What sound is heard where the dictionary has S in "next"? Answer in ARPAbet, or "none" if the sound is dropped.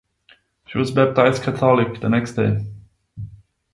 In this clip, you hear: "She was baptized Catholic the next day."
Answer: S